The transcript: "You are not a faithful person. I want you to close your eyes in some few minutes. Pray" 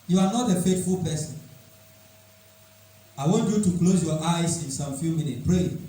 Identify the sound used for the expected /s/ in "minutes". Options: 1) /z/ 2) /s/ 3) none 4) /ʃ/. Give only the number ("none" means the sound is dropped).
3